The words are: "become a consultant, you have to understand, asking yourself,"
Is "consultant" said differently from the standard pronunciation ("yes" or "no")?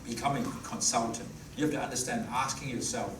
no